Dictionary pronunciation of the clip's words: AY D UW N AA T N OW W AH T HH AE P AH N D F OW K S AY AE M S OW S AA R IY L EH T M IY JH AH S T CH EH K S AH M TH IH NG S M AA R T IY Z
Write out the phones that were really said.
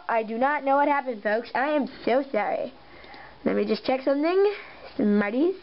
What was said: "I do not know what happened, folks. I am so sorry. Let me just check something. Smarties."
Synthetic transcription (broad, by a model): AY D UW N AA T N OW W AH T HH AE P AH N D F OW K S AY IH M S OW S AA R IY L EH T M IY JH AH S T CH EH K S AH M TH IH NG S M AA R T IY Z